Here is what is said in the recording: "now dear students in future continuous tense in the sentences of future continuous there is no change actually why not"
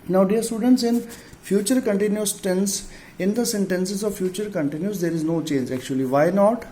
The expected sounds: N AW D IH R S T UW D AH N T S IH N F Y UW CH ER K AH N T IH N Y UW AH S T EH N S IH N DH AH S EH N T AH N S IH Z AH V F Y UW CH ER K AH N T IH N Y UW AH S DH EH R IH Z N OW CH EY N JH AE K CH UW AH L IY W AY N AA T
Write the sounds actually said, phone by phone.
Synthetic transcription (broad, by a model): N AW D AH R S T UW D AH N T S IH N F Y UW CH ER K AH N T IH N Y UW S T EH N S IH N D AH S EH N T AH N S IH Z AH V F Y UW CH ER K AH N T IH N Y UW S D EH R IH Z N OW CH EY N JH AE K CH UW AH L IY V AY N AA T